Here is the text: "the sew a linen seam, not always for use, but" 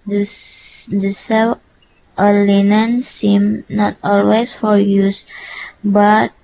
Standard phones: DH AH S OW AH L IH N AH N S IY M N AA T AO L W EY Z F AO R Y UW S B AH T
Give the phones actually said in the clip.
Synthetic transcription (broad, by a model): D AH S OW AH L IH N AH N S IY M N AA T AO L W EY S F AO R Y UW S B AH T